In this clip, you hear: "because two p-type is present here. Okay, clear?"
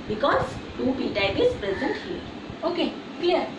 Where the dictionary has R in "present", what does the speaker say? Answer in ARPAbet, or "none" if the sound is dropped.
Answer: R